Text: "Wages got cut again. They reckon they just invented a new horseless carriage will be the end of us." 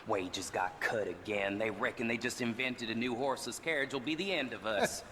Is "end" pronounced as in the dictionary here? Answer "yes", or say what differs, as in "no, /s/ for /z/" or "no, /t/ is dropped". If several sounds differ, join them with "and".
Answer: yes